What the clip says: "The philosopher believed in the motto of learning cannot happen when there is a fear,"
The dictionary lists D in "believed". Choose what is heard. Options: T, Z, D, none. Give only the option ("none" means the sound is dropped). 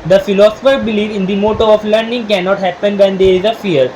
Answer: none